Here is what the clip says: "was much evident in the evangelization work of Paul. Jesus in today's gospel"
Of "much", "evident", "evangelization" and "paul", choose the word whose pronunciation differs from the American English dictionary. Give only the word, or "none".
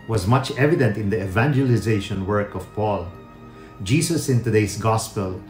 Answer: none